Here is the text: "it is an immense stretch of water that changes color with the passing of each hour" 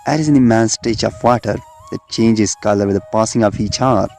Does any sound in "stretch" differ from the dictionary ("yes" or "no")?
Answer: yes